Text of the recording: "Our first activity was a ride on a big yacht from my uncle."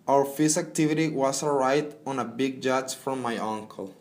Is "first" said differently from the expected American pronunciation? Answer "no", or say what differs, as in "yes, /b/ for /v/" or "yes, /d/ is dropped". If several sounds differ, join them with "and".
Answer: yes, /t/ is dropped